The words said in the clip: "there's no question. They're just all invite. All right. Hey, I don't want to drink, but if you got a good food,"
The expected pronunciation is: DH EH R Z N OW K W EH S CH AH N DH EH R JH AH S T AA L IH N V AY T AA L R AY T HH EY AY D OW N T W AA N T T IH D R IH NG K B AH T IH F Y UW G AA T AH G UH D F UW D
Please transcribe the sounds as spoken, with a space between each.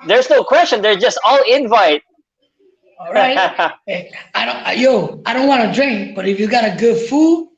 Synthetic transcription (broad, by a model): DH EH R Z N OW K W EH S CH AH N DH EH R JH AH S T AA L IH N V AY T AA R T AY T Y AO AY D OW N T W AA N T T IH D R IH NG K B AH T IH F Y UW G AA T AH G UH D F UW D